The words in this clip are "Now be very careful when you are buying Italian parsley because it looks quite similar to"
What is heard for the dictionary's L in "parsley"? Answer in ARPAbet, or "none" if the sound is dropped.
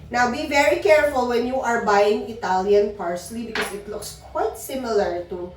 L